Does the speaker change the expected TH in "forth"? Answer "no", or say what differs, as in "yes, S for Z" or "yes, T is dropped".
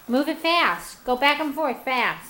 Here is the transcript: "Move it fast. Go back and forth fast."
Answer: no